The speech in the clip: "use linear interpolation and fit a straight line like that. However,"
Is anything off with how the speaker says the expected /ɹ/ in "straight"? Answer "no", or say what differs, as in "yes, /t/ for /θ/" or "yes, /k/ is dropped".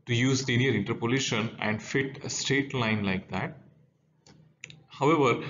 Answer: no